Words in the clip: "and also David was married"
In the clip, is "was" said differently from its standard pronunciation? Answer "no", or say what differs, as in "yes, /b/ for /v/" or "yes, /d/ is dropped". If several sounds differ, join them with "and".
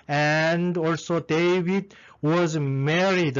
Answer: no